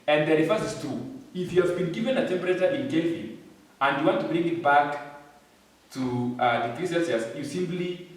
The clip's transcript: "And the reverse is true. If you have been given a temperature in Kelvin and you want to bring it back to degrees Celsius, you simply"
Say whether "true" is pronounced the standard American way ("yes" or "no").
no